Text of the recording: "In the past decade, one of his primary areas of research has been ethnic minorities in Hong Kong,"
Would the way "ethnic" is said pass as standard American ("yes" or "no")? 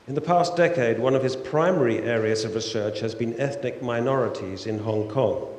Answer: yes